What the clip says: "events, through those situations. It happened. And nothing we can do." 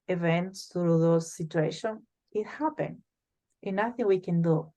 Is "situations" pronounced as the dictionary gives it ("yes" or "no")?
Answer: no